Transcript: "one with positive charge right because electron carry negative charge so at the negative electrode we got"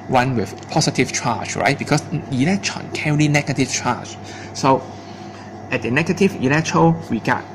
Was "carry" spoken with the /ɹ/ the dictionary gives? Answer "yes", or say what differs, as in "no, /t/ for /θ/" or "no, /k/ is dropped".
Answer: no, /l/ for /ɹ/